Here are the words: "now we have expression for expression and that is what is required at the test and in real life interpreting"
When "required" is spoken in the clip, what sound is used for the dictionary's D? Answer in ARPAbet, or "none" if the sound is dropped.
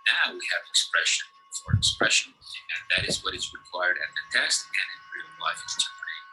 D